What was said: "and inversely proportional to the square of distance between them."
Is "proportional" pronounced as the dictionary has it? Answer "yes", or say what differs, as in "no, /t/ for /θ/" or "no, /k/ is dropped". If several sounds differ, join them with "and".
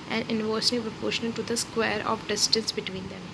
no, /n/ is dropped and /n/ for /l/